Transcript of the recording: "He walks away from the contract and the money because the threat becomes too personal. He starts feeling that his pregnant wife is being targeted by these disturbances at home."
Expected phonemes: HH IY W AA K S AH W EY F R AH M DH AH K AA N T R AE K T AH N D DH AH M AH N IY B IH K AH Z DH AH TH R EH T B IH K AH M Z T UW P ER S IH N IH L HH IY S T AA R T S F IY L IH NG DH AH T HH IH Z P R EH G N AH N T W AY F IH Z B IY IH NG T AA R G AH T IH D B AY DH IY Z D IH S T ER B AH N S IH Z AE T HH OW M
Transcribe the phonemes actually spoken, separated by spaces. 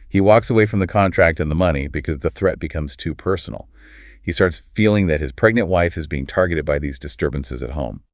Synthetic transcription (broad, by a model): HH IY W AA K S AH W EY F R AH M DH AH K AA N T R AE K T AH N DH AH M AH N IY B IH K AH Z DH AH TH R EH T B IH K AH M Z T UW P ER S N L HH IY S T AA R T S F IY L IH NG DH AH T HH IH Z P R EH G N AH N T W AY F IH Z B IY IH NG T AA R G AH T IH D B AY DH IY Z D IH S T ER B AH N S IH Z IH T HH OW M